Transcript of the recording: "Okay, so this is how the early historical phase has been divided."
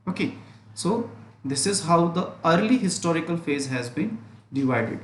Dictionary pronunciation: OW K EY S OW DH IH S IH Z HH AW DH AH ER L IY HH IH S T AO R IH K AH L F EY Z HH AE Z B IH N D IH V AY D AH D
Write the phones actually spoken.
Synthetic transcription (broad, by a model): OW K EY S OW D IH S IH Z HH AW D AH ER L IY HH IH S T AO R IH K AH L F EY Z HH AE Z B IH N D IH V AY D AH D